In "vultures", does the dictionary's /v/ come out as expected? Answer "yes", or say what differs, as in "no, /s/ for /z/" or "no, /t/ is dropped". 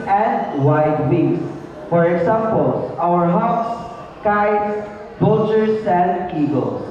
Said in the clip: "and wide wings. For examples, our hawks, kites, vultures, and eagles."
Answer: no, /b/ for /v/